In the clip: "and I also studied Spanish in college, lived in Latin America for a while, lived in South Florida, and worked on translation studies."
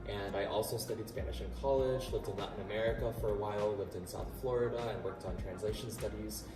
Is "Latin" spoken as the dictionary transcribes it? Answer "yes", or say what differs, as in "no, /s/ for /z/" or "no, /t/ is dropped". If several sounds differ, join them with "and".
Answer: no, /n/ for /l/